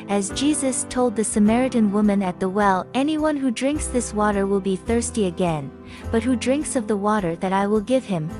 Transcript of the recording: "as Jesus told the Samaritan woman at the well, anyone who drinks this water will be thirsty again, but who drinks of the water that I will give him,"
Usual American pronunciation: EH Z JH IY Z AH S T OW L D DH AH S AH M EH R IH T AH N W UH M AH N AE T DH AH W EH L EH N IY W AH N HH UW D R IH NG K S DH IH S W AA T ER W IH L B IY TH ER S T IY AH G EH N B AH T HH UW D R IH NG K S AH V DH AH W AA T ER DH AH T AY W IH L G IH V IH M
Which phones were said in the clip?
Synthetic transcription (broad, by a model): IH Z JH IY Z AH S T OW L D DH AH S AH M EH R IH T AH N W UH M AH N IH T DH AH W EH L EH N IY W AH N HH UW D R IH NG K S DH IH S W AA T ER W IH L B IY TH ER S T IY AH G EH N B AH T HH UW D R IH NG K S AH V DH AH W AA T ER DH AH T AY W IH L G IH V IH M